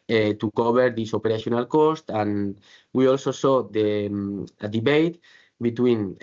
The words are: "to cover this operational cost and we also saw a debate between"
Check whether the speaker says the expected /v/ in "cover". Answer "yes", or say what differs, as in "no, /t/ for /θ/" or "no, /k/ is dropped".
no, /b/ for /v/